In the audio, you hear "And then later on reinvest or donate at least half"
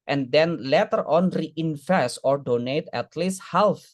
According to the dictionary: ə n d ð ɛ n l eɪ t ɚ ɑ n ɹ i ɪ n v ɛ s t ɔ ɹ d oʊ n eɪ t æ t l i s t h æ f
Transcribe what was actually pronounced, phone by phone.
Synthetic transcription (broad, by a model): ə n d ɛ n l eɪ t ɚ ɑ n ɹ i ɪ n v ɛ s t ɔ ɹ d oʊ n eɪ t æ t l i s t h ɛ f